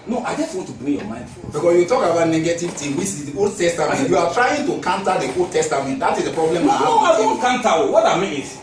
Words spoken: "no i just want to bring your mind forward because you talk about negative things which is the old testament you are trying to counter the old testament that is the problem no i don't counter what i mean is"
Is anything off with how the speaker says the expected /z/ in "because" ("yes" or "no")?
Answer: yes